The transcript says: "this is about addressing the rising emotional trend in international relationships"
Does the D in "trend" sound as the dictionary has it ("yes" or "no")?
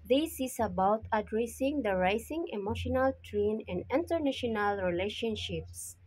no